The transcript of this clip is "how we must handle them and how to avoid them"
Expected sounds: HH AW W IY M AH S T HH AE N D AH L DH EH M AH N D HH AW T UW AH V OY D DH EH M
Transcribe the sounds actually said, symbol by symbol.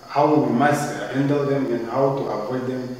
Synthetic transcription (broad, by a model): HH AW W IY M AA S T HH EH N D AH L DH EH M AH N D HH AW T UW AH P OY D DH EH M